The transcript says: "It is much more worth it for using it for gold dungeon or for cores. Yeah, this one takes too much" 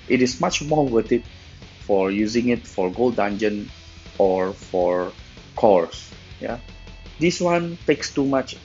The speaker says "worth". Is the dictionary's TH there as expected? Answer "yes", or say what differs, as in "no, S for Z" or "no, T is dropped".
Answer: no, T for TH